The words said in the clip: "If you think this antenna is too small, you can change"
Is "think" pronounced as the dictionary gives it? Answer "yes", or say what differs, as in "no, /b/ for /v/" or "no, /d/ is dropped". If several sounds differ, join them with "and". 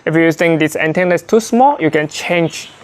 no, /t/ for /θ/